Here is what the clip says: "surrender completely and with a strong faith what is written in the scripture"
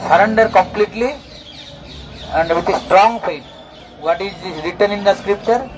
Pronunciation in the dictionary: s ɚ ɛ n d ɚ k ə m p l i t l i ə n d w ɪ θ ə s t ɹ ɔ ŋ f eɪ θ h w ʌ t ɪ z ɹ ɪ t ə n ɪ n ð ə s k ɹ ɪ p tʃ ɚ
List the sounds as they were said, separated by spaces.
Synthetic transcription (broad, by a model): s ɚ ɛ n d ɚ k ə m p l i t l i ə n d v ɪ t ə s t ɹ ɔ ŋ p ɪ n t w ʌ t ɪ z ɹ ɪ t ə n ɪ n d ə s k ɹ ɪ p tʃ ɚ